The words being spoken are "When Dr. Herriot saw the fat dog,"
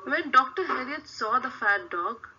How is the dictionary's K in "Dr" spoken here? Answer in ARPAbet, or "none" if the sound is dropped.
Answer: K